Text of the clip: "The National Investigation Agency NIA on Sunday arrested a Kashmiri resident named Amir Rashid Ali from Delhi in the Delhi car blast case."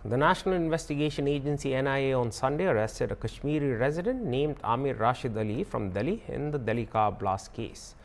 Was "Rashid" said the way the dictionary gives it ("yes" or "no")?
yes